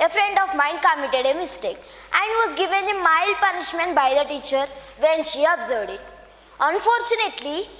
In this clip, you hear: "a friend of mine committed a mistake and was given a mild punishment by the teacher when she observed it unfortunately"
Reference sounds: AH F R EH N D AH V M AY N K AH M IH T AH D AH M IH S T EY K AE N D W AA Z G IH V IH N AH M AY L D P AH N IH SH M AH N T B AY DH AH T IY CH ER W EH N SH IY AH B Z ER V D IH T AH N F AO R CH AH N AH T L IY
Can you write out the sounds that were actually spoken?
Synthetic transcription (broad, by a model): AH F R EH N D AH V M AY N K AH M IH T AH D AH M IH S T EY K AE N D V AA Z G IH V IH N AH M AY L D P AH N IH SH M AH N T B AY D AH T IY CH ER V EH N SH IY AH B Z ER V D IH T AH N F AO R CH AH N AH T L IY